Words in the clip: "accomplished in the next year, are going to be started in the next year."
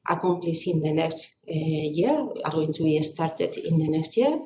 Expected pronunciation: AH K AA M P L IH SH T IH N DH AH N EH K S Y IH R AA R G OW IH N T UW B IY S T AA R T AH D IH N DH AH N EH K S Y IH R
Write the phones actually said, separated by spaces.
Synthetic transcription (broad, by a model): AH K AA M P L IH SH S IH N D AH N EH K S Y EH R AA R G OW IH N S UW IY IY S T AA R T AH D IH N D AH N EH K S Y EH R